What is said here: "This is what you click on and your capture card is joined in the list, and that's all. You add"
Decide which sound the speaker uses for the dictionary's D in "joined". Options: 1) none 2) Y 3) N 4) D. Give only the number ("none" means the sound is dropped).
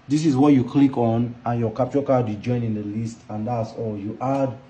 1